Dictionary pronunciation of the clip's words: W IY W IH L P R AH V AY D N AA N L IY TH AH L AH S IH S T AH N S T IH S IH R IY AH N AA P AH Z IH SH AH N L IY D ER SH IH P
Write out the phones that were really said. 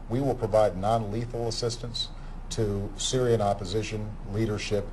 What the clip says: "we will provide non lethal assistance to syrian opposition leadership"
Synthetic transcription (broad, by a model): W IY W IH L P R AH V AY D N AA N L IY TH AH L AH S IH S T AH N S T IH S IH R IY AH N AA P AH Z IH SH AH N L IY D ER SH IH P